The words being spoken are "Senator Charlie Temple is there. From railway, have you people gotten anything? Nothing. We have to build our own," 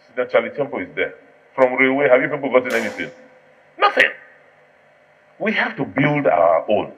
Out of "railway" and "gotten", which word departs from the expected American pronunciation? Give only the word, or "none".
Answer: railway